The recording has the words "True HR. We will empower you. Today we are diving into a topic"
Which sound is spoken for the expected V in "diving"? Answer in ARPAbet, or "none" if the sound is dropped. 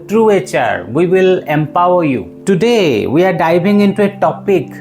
B